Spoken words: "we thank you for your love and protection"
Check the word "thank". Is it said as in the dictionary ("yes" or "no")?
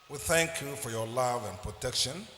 yes